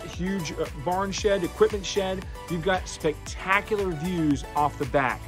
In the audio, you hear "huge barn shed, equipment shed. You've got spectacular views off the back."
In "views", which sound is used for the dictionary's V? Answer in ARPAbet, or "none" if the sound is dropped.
V